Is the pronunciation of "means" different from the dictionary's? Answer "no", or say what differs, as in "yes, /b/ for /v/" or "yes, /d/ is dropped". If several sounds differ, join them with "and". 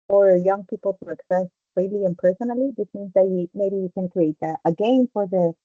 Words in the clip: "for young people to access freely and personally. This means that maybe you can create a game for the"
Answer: no